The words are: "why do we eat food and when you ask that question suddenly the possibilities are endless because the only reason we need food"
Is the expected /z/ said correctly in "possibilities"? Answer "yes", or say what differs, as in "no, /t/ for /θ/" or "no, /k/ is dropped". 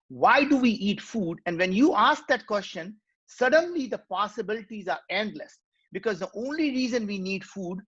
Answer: yes